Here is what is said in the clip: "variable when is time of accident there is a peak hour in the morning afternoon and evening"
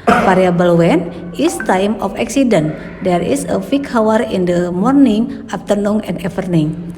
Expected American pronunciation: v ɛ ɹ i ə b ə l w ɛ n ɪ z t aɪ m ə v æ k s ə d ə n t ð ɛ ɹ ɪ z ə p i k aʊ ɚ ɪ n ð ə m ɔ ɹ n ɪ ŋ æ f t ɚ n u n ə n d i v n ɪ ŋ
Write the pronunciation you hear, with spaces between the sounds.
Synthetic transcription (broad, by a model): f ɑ ɹ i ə b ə l w ɛ n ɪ s t aɪ m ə f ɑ k s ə d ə n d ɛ ɹ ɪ s ə f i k aʊ ɚ ɪ n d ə m ɔ ɹ n ɪ ŋ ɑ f t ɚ n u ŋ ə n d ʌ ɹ n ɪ ŋ